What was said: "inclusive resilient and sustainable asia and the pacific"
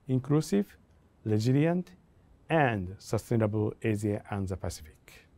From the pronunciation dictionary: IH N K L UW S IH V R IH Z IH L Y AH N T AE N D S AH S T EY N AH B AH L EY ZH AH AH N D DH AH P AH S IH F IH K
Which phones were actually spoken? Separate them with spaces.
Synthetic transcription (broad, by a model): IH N K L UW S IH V L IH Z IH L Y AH N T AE N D S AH S T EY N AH B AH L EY Z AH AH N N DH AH P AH S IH F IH K